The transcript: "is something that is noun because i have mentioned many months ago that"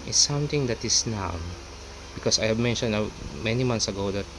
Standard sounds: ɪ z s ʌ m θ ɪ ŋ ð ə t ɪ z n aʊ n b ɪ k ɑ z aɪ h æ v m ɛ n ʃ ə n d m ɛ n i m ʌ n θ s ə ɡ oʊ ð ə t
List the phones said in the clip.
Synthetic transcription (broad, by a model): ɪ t s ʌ m t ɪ ŋ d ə t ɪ s n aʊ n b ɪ k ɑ s aɪ h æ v m ɛ n ʃ ə n d m ɛ n i m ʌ n s ə ɡ oʊ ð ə t